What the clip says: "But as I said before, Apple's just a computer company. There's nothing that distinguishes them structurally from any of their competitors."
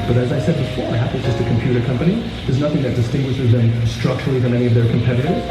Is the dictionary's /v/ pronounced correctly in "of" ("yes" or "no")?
yes